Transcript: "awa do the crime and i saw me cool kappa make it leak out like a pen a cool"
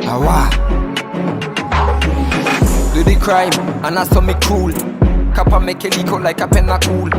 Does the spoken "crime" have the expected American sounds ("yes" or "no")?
yes